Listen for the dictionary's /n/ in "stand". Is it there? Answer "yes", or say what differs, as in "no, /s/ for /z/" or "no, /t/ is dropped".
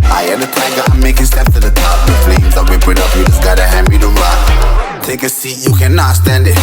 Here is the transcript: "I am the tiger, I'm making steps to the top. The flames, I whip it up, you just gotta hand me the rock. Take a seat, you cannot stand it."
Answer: yes